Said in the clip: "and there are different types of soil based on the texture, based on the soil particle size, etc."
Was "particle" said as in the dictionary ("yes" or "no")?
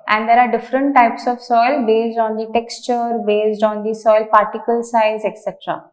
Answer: yes